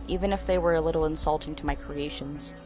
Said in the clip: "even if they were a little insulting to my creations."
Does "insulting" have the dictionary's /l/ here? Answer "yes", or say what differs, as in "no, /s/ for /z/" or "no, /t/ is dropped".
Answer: yes